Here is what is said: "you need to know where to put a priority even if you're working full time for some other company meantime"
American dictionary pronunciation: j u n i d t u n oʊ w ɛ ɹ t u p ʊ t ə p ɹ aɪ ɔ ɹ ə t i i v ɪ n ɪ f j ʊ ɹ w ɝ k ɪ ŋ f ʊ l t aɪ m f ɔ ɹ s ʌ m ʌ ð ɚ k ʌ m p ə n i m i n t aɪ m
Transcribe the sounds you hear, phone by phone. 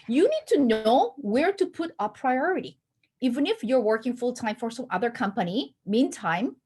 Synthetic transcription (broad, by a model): j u n i d t u n oʊ w ɛ ɹ t u p ʊ t ə p ɹ aɪ ɔ ɹ ə t i i v ɪ n ɪ f j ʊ ɹ w ɝ k ɪ ŋ f ʊ l t aɪ m f ɔ ɹ s ʌ m ʌ ð ɚ k ʌ m p ə n i m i n t aɪ m